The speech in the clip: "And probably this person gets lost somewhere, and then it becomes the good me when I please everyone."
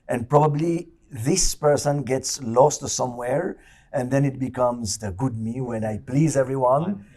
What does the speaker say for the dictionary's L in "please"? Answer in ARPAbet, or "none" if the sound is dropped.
L